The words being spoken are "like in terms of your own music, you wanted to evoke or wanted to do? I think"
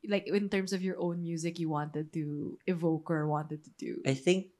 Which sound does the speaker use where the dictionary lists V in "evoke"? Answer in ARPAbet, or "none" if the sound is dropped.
V